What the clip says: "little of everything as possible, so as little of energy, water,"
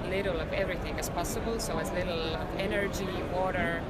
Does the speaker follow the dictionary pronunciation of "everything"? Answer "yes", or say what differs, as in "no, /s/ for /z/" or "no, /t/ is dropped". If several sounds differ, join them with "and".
yes